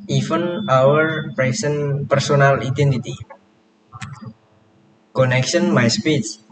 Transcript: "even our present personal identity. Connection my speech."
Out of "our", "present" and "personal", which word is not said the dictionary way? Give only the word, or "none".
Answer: present